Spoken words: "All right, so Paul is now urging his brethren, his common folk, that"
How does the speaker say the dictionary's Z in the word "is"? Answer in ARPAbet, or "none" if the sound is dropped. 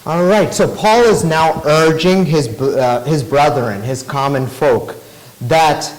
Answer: Z